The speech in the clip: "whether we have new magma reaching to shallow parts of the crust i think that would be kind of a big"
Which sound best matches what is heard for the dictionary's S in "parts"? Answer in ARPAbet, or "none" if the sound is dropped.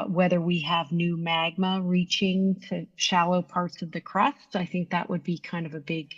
S